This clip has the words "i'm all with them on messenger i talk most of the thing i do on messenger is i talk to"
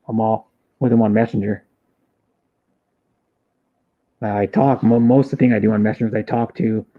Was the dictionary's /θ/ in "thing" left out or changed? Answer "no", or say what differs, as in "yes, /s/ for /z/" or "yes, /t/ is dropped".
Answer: no